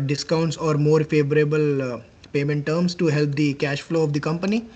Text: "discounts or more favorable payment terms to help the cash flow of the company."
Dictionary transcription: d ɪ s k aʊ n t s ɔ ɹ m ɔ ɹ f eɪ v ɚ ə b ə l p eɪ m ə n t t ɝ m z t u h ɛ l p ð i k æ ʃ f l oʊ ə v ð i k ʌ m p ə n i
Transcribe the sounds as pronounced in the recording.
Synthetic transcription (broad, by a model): d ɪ s k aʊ n t s ɔ ɹ m ɔ ɹ f eɪ v ɚ ə b ə l p eɪ m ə n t t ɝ m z t u h ɛ l p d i k æ ʃ f l oʊ ə v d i k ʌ m p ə n i